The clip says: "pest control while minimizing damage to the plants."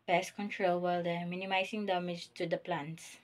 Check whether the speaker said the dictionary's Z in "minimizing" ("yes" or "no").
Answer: no